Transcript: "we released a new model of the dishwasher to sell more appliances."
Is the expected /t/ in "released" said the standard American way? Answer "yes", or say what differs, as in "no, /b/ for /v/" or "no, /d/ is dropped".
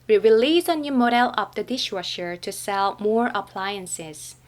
no, /t/ is dropped